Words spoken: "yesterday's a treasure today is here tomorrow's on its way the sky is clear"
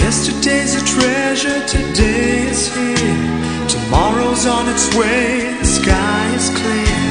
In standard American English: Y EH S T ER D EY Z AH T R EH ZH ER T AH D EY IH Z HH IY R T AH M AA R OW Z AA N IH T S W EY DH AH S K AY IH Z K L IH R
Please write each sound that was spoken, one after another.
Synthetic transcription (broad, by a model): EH S T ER D EY Z AH T R EH ZH ER T AH D EY IH Z HH IY R T AH M AA R OW Z N IH T S W EY DH AH S K AY IH Z K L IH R